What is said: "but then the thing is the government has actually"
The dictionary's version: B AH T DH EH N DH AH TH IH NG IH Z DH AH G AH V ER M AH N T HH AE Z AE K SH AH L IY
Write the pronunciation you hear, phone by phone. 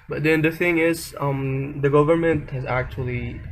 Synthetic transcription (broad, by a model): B AH T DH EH N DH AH TH IH NG IH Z DH AH G AH V ER M AH N T HH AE Z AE K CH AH L IY